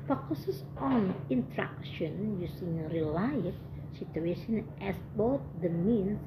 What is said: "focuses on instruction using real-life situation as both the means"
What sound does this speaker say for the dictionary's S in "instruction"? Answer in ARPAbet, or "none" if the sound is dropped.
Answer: none